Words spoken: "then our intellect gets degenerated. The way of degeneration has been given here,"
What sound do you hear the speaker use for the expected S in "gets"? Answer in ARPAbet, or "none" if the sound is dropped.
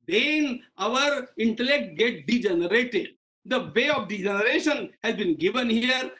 none